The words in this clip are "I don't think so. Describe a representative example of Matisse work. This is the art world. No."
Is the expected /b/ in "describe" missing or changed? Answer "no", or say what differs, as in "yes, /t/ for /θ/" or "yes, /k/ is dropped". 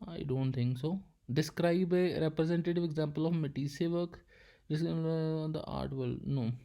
no